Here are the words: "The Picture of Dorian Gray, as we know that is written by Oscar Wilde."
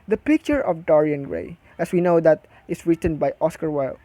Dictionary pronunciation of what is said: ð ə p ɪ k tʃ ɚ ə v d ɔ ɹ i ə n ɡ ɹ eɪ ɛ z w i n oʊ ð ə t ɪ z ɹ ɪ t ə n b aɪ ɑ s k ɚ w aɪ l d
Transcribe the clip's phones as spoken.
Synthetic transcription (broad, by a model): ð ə p ɪ k tʃ ɚ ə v d ɔ ɹ i ə n ɡ ɹ eɪ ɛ s w i n oʊ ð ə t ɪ s ɹ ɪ t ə n b aɪ ɑ s k ɚ w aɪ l